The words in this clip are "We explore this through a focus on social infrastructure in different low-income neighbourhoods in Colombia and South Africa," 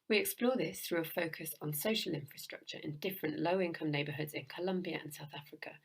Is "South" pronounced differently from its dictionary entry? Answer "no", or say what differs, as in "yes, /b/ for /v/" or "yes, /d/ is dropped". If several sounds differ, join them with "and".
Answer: no